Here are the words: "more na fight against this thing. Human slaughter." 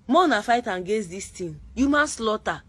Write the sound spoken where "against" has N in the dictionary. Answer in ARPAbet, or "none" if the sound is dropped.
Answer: none